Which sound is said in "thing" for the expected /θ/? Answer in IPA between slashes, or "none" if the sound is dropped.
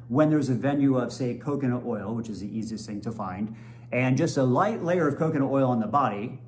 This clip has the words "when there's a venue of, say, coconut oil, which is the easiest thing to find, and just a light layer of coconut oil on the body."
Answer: /θ/